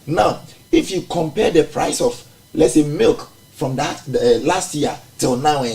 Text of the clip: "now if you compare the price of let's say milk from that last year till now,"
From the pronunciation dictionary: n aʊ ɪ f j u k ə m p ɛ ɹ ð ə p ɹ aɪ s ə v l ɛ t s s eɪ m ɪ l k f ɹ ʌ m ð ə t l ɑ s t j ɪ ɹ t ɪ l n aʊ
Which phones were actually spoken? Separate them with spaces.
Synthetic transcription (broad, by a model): n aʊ ɪ f j u k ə m p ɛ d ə p ɹ aɪ s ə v l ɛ t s s eɪ m ɪ l k f ɹ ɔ m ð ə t l ɑ s t j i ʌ t ɪ l n aʊ